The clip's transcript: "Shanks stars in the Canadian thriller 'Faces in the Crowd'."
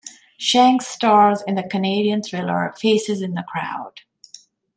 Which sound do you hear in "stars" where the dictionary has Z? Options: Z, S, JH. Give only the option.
Z